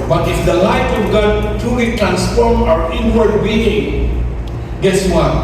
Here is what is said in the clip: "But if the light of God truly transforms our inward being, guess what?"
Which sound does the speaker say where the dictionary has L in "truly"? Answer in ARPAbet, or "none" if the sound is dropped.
W